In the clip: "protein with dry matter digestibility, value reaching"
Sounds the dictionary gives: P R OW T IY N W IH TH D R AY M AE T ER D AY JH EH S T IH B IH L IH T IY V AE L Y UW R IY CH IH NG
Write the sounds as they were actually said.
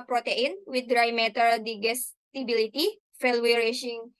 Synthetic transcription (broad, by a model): P R OW T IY N W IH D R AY M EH T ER D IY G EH S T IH B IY L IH T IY F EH L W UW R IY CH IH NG